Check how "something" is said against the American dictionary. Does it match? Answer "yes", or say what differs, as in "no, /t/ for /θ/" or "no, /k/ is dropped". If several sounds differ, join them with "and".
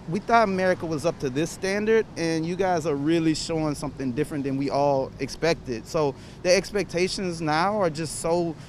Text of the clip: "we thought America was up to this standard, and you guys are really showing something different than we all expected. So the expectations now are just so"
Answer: yes